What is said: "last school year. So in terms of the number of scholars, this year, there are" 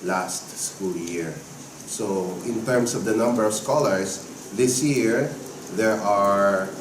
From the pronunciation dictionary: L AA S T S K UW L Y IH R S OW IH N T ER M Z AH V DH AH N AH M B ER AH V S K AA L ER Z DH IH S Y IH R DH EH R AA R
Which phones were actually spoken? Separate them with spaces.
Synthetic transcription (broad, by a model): L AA S T S K UW L Y IH R S OW IH N T ER M S AH V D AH N AH M B ER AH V S K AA L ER S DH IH S Y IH R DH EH R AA R